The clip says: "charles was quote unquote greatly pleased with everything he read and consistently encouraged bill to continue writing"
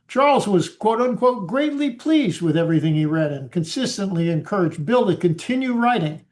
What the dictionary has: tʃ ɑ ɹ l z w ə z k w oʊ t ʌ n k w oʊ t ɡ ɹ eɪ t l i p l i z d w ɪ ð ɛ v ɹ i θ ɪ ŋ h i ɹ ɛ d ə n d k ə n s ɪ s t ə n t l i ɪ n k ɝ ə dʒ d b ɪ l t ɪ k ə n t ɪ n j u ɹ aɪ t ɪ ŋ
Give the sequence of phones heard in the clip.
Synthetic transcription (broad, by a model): tʃ ɑ ɹ l z w ə z k w oʊ t ʌ n k w oʊ t ɡ ɹ eɪ t l i p l i z d w ɪ ð ɛ v ɹ i θ ɪ ŋ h i ɹ ɛ d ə n k ə n s ɪ s t ə n t l i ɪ n k ɝ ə dʒ b ɪ l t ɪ k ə n t ɪ n j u ɹ aɪ t ɪ ŋ